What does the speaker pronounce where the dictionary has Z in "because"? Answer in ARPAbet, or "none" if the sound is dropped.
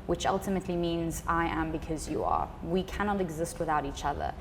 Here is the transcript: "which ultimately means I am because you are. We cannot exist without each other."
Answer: Z